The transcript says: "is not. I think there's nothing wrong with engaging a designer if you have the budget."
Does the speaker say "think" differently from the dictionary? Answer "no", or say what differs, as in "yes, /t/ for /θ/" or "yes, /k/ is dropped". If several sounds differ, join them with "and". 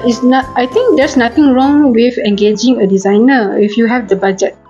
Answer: yes, /t/ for /θ/